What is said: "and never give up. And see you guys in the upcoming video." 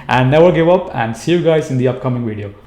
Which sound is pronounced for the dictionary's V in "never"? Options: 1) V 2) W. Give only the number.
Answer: 2